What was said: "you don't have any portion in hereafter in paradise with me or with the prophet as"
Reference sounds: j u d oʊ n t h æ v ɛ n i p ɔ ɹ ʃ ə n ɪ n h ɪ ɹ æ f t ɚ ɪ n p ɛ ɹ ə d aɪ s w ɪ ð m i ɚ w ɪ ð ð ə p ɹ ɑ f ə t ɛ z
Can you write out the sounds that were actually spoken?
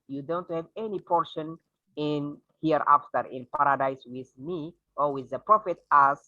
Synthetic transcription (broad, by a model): j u d oʊ n t h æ v ɛ n i p ɔ ɹ ʃ ə n ɪ n h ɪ ɹ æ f t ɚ ɪ n p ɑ ɹ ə d aɪ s w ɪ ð m i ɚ w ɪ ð ð ə p ɹ ɑ f ə t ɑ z